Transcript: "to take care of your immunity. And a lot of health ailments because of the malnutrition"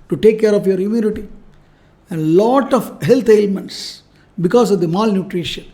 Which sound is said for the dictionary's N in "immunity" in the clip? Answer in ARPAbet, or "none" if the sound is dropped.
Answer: L